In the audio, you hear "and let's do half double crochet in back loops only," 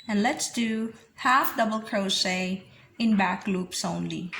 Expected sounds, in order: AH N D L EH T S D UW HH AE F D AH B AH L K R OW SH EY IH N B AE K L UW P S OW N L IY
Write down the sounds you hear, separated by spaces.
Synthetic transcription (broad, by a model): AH N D L EH T S D UW HH AE F D AH B AH L K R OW S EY IH N B AE K L UW P S OW N L IY